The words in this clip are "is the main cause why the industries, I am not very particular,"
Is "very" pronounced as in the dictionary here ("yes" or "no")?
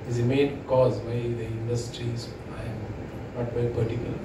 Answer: no